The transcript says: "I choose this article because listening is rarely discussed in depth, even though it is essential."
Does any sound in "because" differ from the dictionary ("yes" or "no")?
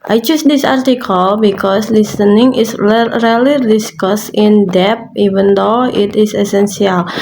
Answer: yes